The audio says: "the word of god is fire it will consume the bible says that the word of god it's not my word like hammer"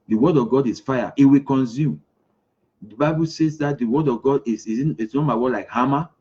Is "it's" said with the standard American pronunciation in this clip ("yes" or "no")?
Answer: no